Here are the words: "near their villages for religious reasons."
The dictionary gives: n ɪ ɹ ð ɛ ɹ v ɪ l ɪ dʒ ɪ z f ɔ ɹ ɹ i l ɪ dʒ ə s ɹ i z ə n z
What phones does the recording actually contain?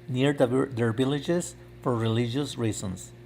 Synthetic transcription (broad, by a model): n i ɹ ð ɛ ɹ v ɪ l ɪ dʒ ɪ s f ɔ ɹ ɹ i l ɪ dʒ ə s ɹ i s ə n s